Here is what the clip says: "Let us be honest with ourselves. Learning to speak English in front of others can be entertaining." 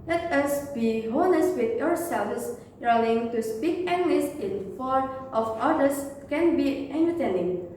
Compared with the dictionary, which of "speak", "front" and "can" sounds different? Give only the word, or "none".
front